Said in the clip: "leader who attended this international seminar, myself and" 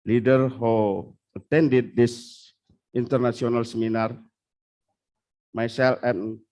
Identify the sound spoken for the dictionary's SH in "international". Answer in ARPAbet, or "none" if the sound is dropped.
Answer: S